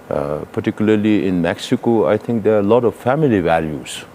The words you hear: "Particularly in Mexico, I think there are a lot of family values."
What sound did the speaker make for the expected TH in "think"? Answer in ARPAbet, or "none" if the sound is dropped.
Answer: T